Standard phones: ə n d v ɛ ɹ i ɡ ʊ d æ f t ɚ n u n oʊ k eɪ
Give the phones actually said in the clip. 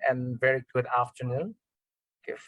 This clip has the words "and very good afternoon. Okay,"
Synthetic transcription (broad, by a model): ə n v ɛ ɹ i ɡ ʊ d æ f t ɚ n u n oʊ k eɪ